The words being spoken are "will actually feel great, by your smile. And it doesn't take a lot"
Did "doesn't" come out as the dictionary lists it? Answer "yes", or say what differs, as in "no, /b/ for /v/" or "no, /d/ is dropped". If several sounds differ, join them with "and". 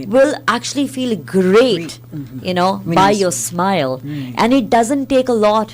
yes